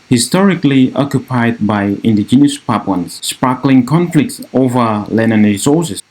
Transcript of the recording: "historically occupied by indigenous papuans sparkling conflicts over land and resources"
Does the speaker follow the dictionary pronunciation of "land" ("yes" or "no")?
no